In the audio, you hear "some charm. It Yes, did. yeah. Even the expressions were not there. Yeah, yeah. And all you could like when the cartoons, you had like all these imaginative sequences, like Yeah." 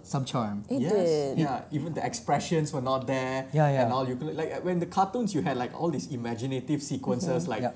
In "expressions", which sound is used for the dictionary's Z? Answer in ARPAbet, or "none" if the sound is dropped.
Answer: S